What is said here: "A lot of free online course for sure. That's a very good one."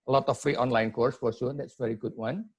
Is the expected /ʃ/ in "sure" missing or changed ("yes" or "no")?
yes